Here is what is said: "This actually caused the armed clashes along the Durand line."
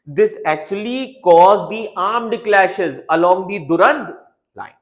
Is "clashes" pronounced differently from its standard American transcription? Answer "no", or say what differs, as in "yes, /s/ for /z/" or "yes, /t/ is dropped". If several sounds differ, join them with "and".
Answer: no